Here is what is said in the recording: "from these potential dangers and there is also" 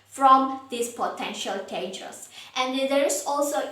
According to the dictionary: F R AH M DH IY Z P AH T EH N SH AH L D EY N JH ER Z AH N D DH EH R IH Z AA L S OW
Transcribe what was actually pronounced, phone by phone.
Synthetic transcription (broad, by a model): F R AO M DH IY S P AH T EH N SH AH L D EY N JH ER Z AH N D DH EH R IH S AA L S OW